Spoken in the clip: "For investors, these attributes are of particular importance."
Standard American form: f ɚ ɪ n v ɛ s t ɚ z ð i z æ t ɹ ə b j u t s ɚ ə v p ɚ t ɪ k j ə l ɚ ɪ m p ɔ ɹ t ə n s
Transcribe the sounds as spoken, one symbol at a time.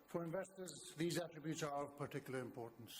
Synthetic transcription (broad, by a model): f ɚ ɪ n v ɛ s t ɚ z ð i z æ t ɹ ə b j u t s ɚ ə v p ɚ t ɪ k j l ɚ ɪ m p ɔ ɹ t n s